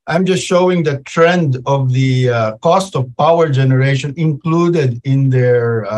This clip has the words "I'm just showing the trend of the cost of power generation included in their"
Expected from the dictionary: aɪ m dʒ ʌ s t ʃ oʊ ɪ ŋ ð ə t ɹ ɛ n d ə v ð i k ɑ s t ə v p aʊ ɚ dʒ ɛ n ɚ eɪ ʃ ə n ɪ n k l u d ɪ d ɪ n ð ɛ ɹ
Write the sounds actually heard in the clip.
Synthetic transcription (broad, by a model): aɪ m dʒ ʌ s t ʃ oʊ ɪ ŋ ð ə t ɹ ɛ n d ə v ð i k ɑ s t ə v p aʊ ɚ dʒ ɛ n ɚ eɪ ʃ ə n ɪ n k l u d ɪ d ɪ n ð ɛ ɹ